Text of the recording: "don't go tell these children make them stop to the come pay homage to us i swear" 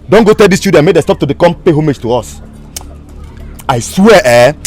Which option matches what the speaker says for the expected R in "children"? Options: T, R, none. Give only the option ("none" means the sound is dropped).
none